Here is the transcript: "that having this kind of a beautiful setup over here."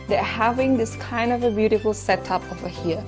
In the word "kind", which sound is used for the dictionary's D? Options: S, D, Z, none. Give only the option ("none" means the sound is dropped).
D